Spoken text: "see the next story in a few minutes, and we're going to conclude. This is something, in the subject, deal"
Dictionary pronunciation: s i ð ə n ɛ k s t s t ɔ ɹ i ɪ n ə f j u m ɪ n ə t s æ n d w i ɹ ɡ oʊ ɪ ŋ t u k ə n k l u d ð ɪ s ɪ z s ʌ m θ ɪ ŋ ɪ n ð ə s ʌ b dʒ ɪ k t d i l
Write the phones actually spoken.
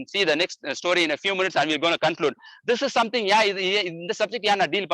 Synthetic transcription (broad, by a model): s i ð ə n ɛ k s t s t ɔ ɹ i ɪ n ə f j u m ɪ n ə t s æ n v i l ɡ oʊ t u k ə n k l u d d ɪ s ɪ z s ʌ m t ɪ ŋ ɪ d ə s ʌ b dʒ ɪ k t d i l